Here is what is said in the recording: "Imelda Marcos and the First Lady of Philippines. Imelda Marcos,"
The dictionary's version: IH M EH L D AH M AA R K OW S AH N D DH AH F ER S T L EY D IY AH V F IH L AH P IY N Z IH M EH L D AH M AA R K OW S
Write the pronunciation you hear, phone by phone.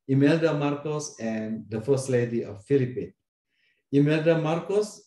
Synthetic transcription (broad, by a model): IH M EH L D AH M AA R K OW S AH N D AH F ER S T L EY D IY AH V F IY L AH P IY N IH M EH L D AH M AA R K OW S